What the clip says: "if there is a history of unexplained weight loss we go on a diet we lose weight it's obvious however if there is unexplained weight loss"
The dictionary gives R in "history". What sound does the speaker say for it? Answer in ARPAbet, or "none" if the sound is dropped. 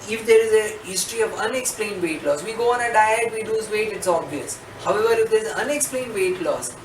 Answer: R